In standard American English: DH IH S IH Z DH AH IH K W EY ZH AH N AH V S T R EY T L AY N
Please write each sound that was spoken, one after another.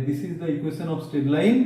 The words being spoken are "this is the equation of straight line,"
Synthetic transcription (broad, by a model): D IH S IH Z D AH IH K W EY S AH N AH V S T EY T L AY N